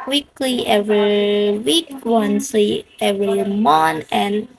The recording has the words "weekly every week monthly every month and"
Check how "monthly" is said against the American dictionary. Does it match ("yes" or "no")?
no